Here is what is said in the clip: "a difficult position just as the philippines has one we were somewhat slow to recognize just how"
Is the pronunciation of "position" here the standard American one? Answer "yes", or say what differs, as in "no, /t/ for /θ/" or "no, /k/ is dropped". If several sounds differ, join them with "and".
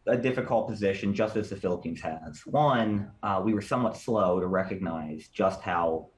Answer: yes